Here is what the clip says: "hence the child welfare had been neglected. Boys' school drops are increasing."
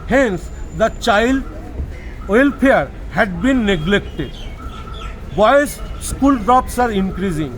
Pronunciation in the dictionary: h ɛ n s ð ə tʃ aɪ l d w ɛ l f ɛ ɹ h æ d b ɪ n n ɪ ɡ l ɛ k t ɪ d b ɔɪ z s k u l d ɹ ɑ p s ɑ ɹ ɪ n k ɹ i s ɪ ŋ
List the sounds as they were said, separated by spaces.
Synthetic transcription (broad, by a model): h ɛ n s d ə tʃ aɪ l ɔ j l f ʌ ɹ h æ d b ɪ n n ɪ ɡ l ɛ k t ɪ d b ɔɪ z s k u l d ɹ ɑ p s ɑ ɹ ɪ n k ɹ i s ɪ ŋ